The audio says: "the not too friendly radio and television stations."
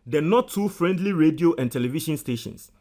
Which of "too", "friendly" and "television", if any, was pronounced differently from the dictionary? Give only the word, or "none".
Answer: television